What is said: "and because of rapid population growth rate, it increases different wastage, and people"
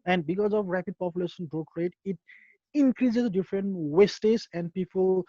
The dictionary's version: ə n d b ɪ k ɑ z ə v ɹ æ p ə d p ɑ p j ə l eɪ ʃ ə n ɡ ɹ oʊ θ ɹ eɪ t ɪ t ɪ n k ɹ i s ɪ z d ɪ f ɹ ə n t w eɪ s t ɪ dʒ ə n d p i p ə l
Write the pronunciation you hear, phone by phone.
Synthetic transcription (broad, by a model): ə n d b ɪ k ɑ z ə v ɹ æ p ə d p ɑ p j ə l eɪ ʃ ə n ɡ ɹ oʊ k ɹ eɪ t ɪ t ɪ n k ɹ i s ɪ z d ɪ f ɹ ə n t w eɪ s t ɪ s ə n d p i p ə l